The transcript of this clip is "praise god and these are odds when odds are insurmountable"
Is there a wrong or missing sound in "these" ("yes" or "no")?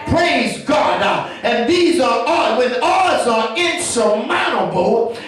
no